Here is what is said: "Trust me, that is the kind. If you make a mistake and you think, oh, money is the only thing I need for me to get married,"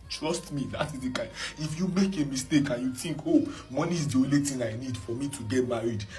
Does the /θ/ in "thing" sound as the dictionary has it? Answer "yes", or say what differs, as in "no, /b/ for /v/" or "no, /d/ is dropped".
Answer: no, /t/ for /θ/